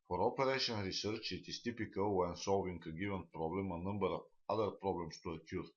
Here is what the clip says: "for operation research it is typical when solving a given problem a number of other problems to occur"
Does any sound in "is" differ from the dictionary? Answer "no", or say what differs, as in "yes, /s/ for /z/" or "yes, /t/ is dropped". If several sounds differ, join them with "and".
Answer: yes, /s/ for /z/